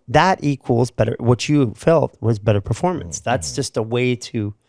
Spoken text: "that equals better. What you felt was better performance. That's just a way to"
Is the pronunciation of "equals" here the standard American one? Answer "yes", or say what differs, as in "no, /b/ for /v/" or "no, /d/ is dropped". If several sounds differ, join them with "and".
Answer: yes